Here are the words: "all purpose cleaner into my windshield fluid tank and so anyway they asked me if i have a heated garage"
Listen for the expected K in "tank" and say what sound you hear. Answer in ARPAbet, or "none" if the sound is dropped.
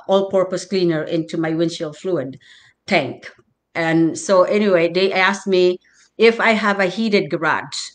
K